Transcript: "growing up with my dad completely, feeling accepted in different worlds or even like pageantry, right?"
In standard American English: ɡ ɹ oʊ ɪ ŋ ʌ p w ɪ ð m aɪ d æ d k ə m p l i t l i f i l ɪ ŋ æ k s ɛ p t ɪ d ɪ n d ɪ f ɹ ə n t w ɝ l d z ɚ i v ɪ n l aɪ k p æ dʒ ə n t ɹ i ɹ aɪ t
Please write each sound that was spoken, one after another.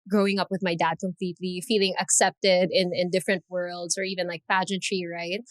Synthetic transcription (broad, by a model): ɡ ɹ oʊ ɪ ŋ ʌ p w ɪ ð m aɪ d æ d k ə m p l i t l i f i l ɪ ŋ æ k s ɛ p t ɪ d ɪ n d ɪ f ɹ ə n t w ɝ l d z ɚ i v ɪ n l aɪ k p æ dʒ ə n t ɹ i ɹ aɪ t